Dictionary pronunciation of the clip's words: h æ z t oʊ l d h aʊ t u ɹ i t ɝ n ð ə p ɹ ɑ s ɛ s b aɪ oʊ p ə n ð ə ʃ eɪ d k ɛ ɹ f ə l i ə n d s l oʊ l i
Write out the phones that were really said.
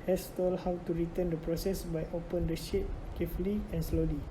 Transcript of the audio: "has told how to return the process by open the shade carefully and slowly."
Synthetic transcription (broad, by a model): h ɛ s t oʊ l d h aʊ t u ɹ i t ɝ n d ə p ɹ ɑ s ɛ s b aɪ oʊ p ə n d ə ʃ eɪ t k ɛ f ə l i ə n s l oʊ l i